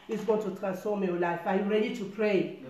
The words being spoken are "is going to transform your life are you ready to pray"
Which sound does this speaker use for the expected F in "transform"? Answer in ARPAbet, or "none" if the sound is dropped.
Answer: none